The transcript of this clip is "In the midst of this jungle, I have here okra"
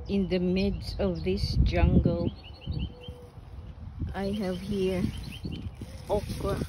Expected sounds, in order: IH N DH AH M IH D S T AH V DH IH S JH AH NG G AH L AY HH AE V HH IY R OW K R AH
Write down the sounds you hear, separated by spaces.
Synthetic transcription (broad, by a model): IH N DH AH M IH D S AH V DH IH S JH AH NG G AH L AY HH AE V HH IY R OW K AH